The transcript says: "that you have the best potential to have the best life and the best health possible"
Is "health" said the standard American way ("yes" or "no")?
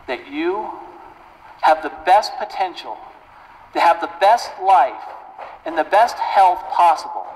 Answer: yes